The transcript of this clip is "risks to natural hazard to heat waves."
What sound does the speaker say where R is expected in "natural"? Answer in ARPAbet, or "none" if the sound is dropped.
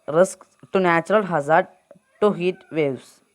R